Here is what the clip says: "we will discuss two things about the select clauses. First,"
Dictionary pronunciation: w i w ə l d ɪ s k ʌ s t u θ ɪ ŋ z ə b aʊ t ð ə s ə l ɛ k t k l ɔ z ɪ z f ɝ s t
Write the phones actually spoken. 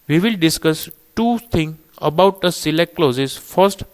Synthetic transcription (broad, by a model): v i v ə l d ɪ s k ʌ s t u t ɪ ŋ ə b aʊ t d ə s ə l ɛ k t k l ɔ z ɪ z f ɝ s t